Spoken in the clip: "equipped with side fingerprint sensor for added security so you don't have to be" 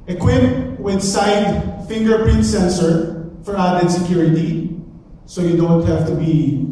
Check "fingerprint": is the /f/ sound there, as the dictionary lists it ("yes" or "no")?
yes